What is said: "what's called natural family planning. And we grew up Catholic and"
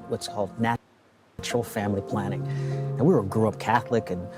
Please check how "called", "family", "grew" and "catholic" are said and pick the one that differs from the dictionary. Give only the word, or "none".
none